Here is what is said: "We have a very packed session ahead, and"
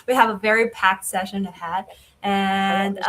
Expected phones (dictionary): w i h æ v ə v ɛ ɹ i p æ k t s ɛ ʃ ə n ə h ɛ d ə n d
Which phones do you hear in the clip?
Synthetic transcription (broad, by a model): w i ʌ v ə v ɛ ɹ i p æ k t s ɛ ʃ ə n ə h ɛ d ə n